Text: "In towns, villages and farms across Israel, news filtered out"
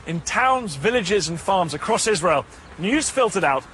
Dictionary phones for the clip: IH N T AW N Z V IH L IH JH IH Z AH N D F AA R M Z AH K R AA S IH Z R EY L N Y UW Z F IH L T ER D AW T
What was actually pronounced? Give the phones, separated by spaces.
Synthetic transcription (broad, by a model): IH N T AW N Z V IH L IH JH IH Z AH N F AA M Z AH K R AA S IH Z R EY L N Y UW Z F IH L T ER D AW T